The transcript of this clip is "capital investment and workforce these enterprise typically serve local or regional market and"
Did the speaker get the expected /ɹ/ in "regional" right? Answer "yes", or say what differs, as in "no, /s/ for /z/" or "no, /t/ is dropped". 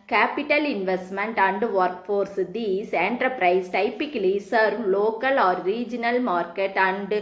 yes